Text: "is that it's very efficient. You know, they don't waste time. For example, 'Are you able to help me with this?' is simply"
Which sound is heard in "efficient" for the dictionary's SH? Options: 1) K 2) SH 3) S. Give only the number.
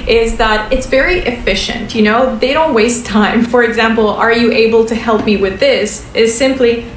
2